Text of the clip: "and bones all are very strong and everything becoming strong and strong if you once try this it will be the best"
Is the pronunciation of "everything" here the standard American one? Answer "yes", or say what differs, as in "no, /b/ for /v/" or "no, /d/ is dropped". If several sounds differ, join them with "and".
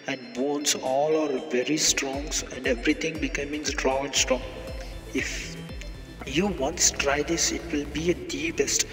no, /t/ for /θ/